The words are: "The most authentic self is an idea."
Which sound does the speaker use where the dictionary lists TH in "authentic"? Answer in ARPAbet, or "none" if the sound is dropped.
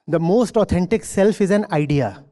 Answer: T